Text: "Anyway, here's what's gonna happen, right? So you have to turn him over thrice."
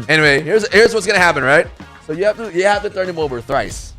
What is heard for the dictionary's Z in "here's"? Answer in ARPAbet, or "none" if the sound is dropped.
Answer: Z